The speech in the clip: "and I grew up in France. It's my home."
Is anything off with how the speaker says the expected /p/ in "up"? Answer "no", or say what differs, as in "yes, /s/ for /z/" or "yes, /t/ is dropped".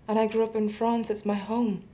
no